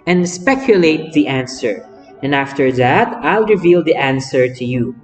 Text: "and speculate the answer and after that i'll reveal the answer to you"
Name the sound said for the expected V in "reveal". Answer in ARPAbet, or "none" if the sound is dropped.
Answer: V